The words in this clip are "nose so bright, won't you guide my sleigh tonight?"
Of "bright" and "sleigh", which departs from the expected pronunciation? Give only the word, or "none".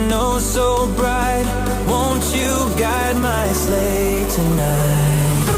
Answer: none